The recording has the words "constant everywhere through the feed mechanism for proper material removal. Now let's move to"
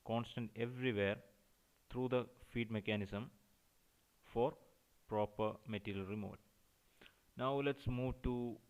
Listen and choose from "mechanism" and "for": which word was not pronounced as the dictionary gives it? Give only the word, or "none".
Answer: mechanism